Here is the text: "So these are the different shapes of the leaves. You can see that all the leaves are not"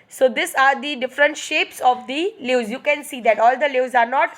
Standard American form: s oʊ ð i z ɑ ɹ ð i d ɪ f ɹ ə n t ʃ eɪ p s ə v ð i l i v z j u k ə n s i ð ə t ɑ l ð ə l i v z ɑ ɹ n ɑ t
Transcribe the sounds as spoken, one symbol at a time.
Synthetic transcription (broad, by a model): s oʊ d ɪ s ɑ ɹ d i d ɪ f ɹ ə n t ʃ eɪ p s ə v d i l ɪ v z j u k ə n s i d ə t ɑ l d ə l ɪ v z ɑ ɹ n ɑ t